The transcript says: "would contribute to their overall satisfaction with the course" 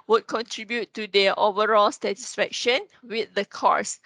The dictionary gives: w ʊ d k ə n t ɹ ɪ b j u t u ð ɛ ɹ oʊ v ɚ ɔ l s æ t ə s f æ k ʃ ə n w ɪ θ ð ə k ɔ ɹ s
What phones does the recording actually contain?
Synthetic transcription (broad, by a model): w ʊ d k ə n t ɹ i b j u t u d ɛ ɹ oʊ v ɚ ɔ l s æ t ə s f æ k ʃ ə n w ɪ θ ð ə k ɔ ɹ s